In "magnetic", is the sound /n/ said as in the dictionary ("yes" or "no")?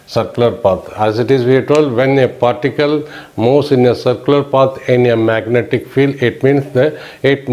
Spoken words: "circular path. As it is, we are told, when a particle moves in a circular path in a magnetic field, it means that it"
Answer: yes